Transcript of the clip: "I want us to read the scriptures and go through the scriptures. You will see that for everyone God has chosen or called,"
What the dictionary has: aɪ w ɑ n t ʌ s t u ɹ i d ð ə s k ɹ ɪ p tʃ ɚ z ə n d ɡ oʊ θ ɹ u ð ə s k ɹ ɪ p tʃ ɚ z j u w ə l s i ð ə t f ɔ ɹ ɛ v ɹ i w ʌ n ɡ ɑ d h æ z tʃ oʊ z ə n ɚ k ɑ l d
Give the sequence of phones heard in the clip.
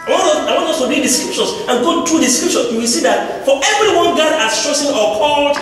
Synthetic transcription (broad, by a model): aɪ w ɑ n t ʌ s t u ɹ i d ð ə s k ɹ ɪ p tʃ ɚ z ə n ɡ oʊ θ ɹ u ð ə s k ɹ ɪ p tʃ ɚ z j u w ə l s i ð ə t f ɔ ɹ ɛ v ɹ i w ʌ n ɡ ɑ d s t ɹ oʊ s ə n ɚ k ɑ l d